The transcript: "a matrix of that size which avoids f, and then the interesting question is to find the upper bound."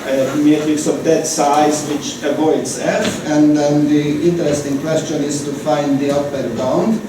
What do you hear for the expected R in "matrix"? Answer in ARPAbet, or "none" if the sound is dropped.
none